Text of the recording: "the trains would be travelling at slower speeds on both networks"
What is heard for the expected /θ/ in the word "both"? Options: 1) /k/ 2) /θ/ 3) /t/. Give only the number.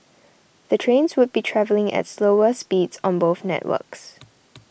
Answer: 2